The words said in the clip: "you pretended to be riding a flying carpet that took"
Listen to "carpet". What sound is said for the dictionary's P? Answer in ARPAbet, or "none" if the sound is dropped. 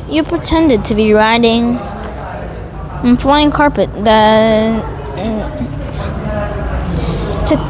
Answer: P